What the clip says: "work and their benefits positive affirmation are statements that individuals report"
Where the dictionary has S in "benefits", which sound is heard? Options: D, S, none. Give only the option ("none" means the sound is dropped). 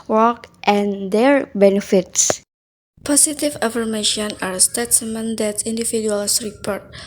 S